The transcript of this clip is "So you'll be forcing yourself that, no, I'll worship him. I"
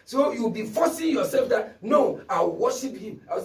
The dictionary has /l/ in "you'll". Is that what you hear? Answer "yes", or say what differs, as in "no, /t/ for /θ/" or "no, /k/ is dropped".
no, /w/ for /l/